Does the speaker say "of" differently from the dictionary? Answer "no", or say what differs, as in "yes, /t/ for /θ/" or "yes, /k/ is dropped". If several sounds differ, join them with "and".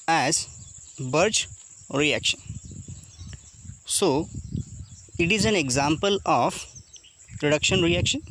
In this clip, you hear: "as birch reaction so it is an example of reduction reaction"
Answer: yes, /p/ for /v/